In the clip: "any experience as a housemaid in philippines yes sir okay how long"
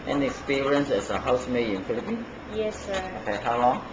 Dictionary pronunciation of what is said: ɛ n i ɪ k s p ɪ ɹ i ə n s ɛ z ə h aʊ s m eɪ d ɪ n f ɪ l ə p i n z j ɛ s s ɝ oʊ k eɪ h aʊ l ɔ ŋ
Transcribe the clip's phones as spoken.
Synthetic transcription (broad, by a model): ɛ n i k s p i ɹ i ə n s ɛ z ə h aʊ s m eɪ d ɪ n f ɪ l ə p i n j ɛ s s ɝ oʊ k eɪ h aʊ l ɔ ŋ